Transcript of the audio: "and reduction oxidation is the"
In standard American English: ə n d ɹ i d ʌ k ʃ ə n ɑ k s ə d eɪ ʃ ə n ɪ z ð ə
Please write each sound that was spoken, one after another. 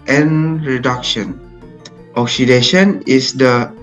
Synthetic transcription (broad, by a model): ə n ɹ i d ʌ k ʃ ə n ɑ k s ə d eɪ ʃ ə n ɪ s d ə